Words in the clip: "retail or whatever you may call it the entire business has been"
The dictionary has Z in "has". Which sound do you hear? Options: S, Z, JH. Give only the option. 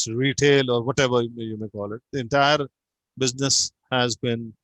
Z